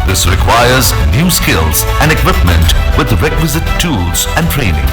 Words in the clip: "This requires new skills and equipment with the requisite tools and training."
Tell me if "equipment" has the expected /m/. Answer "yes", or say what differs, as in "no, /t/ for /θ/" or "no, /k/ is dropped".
yes